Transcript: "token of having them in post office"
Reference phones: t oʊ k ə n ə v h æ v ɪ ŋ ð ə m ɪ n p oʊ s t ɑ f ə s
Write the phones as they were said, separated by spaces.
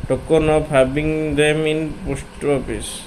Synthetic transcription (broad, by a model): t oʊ k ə n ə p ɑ b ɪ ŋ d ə m ɪ n p oʊ s t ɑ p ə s